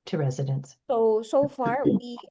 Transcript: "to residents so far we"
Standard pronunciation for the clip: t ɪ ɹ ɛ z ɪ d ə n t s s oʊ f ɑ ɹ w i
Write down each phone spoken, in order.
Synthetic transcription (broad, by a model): t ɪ ɹ ɛ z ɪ d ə n s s s oʊ f ɑ ɹ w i